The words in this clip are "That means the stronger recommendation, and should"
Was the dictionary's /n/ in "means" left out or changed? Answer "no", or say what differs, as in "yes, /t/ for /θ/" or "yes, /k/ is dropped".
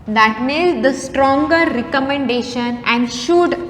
yes, /n/ is dropped